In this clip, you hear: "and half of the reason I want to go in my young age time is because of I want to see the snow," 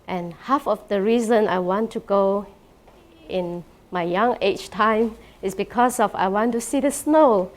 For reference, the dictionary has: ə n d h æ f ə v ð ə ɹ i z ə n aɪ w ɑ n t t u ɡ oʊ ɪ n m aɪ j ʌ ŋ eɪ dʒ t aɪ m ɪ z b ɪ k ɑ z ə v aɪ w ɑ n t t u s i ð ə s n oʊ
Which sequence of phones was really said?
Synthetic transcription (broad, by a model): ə n h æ f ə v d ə ɹ i z ə n aɪ w ɑ n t t u ɡ oʊ ɪ n m aɪ j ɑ ŋ eɪ tʃ t aɪ m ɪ s b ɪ k ɑ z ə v aɪ w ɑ n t t u s i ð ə s n oʊ